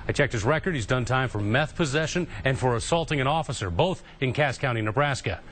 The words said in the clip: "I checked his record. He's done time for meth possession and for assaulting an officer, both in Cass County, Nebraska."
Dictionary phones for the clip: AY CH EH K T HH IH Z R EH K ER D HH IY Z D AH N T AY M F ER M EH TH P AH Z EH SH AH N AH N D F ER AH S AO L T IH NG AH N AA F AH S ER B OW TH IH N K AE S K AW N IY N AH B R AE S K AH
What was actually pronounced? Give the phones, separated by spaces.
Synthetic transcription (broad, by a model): AY CH EH K T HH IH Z R EH K ER D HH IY Z D AH N T AY M F ER M EH TH P AH Z EH SH AH N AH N F ER AH S AO L T IH NG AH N AA F AH S ER B OW TH IH N K AE S K AW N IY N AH B R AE S K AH